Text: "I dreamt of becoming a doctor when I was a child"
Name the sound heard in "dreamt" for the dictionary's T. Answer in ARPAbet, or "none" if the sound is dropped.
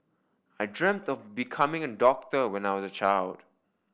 T